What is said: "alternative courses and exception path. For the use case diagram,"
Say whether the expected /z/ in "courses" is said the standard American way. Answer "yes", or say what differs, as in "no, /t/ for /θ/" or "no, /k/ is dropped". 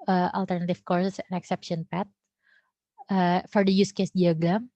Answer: no, /s/ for /z/